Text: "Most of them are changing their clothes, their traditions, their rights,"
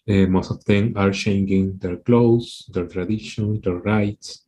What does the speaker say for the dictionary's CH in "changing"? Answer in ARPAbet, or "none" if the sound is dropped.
SH